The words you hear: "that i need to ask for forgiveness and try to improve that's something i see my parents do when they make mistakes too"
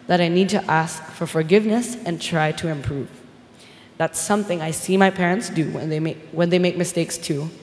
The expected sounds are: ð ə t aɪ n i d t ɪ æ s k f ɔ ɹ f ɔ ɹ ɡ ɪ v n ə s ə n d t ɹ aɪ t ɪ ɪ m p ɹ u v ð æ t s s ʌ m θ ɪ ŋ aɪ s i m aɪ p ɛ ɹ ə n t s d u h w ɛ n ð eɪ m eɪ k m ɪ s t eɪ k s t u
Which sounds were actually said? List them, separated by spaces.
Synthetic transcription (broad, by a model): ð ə t aɪ n i d t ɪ æ s k f ɔ ɹ f ɔ ɹ ɡ ɪ v n ə s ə n t ɹ aɪ t ɪ ɪ m p ɹ u v ð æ t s s ʌ m θ ɪ ŋ aɪ s i m aɪ p ɛ ɹ ə n t s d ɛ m w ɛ n ð eɪ m eɪ k m ɪ s t eɪ k s t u